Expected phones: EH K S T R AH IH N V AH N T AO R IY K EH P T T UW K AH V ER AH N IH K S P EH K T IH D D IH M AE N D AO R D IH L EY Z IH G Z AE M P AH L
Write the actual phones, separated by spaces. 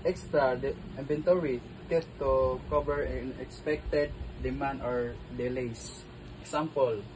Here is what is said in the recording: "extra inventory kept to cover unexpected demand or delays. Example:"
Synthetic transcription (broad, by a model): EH K S T R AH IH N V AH N T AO R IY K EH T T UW K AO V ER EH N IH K S P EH K T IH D D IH M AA N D AO R D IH L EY S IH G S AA M P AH L